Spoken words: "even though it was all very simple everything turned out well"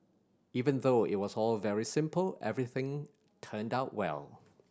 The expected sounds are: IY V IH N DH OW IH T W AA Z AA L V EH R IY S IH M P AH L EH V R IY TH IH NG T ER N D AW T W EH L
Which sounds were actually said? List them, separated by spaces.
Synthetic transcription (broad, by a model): IY V IH N DH OW IH T W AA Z AA L V EH R IY S IH M P AH L EH V R IY TH IH NG T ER N D AW T W EH L